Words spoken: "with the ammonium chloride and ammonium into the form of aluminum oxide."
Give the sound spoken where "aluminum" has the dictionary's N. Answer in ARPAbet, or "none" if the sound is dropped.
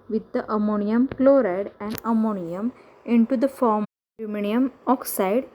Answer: none